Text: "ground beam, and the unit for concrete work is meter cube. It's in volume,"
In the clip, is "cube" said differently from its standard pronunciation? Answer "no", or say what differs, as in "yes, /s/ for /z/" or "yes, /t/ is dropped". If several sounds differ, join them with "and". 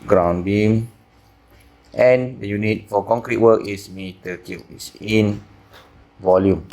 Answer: yes, /b/ is dropped